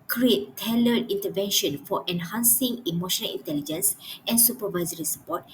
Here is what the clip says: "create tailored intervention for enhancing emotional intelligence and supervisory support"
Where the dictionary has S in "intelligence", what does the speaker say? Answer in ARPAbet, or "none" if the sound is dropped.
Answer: S